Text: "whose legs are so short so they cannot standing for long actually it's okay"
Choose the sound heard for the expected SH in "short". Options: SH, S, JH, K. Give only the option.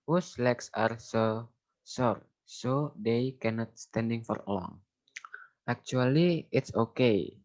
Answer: S